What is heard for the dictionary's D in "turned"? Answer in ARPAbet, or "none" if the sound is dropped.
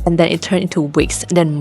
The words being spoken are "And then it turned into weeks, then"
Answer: none